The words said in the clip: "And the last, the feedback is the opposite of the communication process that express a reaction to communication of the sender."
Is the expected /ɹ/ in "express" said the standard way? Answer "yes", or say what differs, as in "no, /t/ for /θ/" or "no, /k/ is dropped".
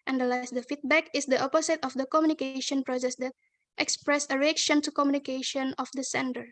yes